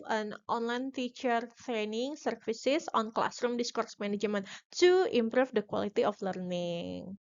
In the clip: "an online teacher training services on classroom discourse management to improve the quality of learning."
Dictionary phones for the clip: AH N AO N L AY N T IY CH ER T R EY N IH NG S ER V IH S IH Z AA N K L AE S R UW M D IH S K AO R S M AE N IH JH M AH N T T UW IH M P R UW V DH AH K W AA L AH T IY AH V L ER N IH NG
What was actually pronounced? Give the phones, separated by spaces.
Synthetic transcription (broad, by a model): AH N AO N L AY N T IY CH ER T R EY N IH NG S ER F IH S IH S AA N K L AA S R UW M D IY S K AO R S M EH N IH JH M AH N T T UW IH M P R UW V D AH K W AA L AH T IY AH F L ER N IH NG